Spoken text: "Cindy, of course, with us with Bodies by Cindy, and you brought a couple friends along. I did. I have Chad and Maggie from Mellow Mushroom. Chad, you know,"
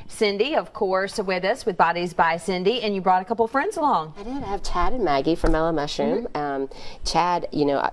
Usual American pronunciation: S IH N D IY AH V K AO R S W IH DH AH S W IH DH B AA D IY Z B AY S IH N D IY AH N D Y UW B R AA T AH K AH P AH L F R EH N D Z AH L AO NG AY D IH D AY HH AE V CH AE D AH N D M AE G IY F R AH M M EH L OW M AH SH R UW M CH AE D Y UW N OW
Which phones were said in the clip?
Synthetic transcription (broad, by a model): S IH N D IY AH V K AO R S W IH DH AH S W IH DH B AA D IY Z B AY S IH N D IY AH N Y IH B R AA T AH K AH P L F R EH N D Z AH L AO NG AY D IH D AY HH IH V CH AE D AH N M AE G IY F R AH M M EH L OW M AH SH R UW M CH AE D Y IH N OW